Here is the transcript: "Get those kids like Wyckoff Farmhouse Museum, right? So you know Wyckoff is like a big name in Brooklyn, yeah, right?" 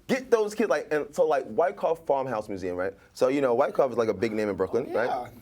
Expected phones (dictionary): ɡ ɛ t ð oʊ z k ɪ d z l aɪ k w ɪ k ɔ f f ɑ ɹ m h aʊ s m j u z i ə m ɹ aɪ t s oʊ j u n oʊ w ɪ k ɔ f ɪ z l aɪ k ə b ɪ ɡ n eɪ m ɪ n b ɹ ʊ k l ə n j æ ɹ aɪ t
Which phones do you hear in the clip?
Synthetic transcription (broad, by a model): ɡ ɛ t ð oʊ z k ɪ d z l aɪ k w ɪ k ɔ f f ɑ ɹ m h aʊ s m j u z i ə m ɹ aɪ t s oʊ j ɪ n oʊ w ɪ k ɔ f ɪ z l aɪ k ə b ɪ ɡ n eɪ m ɪ n b ɹ ʊ k l ə n ɹ aɪ t